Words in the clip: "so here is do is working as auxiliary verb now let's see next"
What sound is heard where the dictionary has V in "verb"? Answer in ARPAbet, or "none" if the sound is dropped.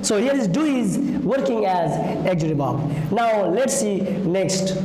B